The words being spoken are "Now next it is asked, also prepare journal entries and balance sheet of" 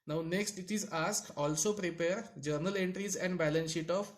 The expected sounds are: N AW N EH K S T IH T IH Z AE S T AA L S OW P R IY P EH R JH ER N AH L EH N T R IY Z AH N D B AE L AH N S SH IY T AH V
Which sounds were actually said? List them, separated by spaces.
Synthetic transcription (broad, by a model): N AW N EH K S T IH T IH Z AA S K AA L S OW P R IY P EH R JH ER N AH L EH N T R IY Z AH N D B AE L AH N S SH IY T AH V